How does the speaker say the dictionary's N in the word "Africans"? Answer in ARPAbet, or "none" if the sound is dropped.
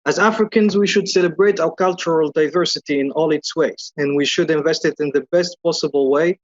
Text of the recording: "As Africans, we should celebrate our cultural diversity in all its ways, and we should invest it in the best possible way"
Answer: N